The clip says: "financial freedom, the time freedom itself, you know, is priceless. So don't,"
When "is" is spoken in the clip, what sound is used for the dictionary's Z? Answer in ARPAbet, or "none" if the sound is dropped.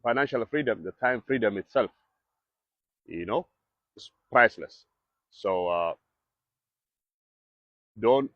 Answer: S